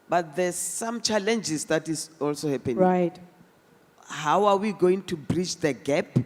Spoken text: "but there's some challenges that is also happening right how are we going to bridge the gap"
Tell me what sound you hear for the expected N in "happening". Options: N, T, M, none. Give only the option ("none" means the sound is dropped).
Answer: none